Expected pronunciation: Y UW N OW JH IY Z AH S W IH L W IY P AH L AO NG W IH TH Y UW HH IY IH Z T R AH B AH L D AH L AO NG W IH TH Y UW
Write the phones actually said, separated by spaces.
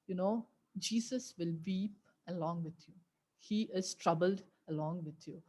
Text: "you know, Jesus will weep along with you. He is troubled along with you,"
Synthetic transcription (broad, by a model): Y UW N OW JH IY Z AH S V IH L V IY P AH L AO NG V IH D Y UW HH IY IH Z T R AH B AH L D AH L AO NG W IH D Y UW